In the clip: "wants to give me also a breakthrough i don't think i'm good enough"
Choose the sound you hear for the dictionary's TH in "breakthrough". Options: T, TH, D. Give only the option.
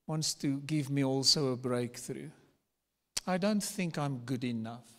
TH